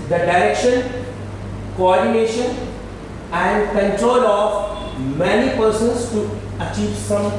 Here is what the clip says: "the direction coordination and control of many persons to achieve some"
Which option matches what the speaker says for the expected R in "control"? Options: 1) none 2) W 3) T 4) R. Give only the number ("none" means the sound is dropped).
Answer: 4